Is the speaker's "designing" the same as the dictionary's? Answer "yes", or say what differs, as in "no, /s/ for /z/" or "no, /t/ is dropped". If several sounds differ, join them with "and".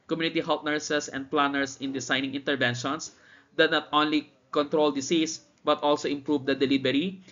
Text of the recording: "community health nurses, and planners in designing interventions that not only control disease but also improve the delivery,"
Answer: no, /s/ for /z/